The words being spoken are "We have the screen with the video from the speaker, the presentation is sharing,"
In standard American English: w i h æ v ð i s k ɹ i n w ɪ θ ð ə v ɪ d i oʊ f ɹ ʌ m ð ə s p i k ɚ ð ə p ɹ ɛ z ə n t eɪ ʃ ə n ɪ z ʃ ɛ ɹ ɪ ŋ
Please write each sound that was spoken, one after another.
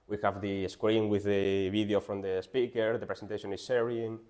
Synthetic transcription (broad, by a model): w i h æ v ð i s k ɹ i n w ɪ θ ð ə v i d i oʊ f ɹ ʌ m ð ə s p i k ɚ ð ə p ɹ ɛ s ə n t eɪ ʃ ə n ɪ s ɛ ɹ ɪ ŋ